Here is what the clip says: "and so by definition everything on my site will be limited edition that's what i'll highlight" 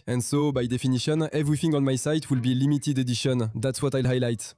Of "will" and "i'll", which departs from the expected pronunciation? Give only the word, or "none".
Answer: none